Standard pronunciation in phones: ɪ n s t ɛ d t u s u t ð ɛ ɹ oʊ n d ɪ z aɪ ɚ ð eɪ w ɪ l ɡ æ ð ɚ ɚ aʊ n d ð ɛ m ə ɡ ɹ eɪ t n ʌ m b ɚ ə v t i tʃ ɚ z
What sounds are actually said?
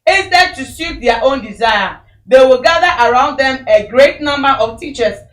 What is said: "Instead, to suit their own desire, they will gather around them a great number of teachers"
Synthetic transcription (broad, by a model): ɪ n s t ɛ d t u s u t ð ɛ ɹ oʊ n d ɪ z aɪ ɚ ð eɪ w ɪ l ɡ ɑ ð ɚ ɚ aʊ n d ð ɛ m ə ɡ ɹ eɪ t n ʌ m b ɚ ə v t i tʃ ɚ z